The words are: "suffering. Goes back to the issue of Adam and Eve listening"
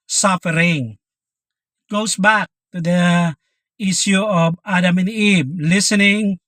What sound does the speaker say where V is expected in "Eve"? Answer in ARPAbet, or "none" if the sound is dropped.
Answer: B